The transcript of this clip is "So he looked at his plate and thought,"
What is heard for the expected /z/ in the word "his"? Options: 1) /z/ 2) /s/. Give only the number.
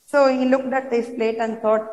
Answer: 2